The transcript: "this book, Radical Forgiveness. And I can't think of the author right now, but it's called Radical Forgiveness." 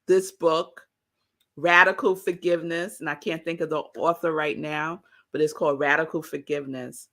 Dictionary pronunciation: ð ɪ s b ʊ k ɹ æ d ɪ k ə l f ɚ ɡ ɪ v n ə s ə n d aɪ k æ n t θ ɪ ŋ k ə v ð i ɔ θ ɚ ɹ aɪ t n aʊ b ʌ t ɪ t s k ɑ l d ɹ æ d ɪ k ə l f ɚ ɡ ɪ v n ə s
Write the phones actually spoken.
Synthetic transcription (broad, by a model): ð ɪ s b ʊ k ɹ æ d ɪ k l f ɚ ɡ ɪ v n ə s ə n aɪ k æ n θ ɪ ŋ k ə v ð i ɔ θ ɚ ɹ aɪ t n aʊ b ʌ t ɪ t s k ɑ l d ɹ æ d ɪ k l f ɚ ɡ ɪ v n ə s